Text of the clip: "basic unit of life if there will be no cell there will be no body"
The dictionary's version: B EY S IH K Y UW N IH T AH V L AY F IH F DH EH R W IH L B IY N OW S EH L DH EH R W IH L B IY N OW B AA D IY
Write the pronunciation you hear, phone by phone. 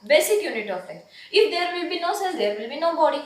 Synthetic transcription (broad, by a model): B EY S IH K Y UW N IH T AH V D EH IH F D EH R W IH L B IY N OW S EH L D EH R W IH L B IY N OW B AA D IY